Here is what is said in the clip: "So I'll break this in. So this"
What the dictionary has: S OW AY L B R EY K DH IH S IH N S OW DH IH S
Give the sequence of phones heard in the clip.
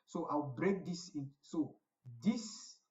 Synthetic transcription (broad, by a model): S OW AY W B R EY K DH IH S IH N S OW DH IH S